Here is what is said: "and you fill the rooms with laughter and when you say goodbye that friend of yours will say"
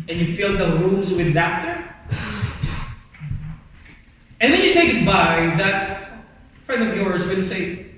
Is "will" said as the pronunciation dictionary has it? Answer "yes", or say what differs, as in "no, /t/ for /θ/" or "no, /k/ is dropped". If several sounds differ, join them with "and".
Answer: no, /n/ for /l/